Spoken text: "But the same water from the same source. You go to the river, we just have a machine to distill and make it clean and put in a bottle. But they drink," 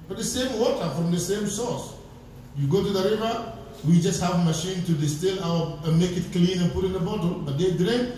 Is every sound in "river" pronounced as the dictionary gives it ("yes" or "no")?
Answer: yes